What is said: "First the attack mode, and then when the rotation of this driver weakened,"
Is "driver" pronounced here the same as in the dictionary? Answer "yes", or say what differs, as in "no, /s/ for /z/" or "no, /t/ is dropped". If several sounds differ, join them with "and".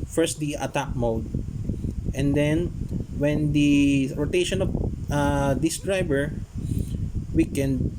no, /b/ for /v/